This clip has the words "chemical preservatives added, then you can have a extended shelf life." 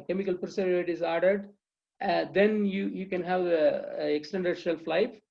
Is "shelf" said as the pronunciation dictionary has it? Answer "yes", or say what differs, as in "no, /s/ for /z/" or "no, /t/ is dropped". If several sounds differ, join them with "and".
yes